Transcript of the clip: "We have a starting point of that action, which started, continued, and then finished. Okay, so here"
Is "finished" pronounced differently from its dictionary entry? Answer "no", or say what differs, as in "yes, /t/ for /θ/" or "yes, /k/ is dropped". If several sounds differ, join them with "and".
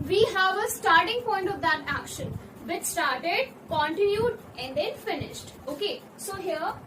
no